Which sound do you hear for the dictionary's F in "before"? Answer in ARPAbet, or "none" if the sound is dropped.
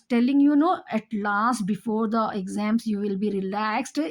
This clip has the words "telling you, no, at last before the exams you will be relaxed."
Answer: F